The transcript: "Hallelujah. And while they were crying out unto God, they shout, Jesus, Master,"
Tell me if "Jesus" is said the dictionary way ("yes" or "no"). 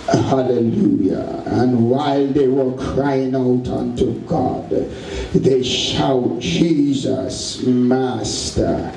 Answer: yes